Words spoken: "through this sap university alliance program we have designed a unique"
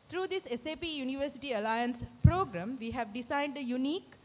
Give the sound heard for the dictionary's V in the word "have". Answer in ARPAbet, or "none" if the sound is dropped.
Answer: V